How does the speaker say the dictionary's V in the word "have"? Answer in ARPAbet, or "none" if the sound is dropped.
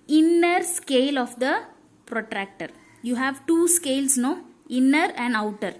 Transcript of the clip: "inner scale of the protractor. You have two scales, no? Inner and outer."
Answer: V